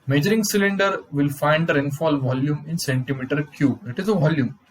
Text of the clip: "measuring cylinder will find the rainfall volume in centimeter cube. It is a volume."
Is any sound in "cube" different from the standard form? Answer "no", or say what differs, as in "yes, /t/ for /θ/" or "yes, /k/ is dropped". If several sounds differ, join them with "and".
yes, /b/ is dropped